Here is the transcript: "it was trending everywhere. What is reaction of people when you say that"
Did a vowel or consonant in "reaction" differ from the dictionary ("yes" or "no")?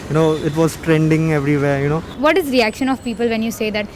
no